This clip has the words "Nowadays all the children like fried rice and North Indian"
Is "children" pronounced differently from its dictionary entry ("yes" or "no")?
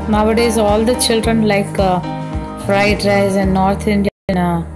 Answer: no